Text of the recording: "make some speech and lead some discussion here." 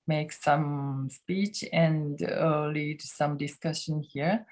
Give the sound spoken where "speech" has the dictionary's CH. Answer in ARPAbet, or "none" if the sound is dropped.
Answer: CH